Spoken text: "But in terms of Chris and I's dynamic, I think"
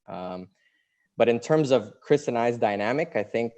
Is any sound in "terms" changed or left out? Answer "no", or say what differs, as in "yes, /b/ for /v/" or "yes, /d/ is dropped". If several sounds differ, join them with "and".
no